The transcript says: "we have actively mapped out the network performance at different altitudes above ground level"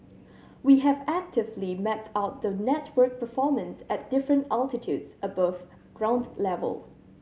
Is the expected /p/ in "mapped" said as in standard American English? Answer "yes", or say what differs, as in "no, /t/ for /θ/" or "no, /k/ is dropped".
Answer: no, /p/ is dropped